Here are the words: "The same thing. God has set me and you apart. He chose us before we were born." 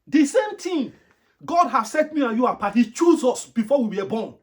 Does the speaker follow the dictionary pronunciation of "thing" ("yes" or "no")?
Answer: no